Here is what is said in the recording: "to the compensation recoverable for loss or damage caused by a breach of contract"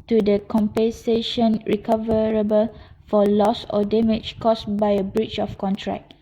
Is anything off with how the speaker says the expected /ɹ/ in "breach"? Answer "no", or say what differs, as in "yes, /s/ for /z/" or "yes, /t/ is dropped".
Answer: no